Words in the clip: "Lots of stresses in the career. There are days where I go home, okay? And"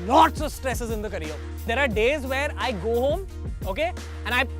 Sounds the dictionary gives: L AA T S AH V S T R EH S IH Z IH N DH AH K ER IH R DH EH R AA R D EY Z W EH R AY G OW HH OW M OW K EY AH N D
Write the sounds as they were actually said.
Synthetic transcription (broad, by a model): L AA T S AH V S T R EH S IH Z IH N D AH K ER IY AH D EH R AA R D EY Z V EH R AY G OW HH OW M OW K EY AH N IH